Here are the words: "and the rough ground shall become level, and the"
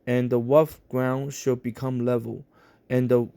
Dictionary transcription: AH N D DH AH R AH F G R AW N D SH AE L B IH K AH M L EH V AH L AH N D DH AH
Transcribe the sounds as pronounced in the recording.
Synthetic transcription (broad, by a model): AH N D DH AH W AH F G R AW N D SH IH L B IH K AH M L EH V AH L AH N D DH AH